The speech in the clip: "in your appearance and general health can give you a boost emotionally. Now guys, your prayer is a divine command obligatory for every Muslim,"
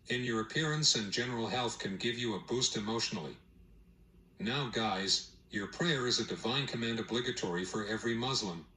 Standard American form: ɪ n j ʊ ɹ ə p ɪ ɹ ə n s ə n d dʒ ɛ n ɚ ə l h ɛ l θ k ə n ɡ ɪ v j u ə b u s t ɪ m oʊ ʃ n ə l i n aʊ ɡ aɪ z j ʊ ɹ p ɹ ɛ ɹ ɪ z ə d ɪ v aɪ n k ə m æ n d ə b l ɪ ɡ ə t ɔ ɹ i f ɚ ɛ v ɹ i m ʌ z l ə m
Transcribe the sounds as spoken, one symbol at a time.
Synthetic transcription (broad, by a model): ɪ n j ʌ ɹ ə p ɪ ɹ ə n s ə n dʒ ɛ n ɚ l h ɛ l θ k ə n ɡ ɪ v j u ə b u s t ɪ m oʊ ʃ n l i n aʊ ɡ aɪ z j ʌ ɹ p ɹ ɛ ɹ ɪ z ə d ɪ v aɪ n k ə m æ n d ə b l ɪ ɡ ə t ɔ ɹ i f ɚ ɛ v ɹ i m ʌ z l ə m